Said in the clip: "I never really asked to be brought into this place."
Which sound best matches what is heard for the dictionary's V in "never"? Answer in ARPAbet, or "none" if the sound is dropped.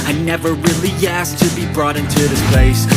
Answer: V